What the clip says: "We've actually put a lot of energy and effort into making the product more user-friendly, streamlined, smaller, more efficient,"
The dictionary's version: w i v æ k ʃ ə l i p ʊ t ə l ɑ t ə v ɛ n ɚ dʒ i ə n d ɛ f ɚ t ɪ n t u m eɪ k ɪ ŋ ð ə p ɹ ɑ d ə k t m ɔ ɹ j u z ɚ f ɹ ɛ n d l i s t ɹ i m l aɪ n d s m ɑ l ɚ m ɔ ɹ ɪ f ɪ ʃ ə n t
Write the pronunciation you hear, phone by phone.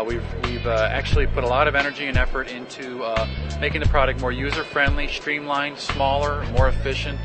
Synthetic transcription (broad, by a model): w i v æ k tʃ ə l i p ʊ t ə l ɑ t ə v ɛ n ɚ dʒ i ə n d ɛ f ɚ t ɪ n t u m eɪ k ɪ ŋ ð ə p ɹ ɑ d ə k t m ɔ ɹ j u z ɚ f ɹ ɛ n d l i s t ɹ i m l aɪ n s m ɑ l ɚ m ɔ ɹ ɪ f ɪ ʃ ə n t